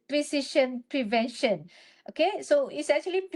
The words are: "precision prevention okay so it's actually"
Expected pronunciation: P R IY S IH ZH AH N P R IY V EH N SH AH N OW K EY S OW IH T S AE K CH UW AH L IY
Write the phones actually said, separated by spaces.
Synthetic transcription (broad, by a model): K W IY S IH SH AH N P R IY V EH N SH AH N OW K EY S OW IH T S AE K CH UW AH L IY